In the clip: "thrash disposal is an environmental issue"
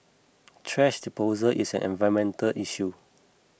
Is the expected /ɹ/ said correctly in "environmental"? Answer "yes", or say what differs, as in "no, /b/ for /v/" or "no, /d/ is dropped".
no, /ɹ/ is dropped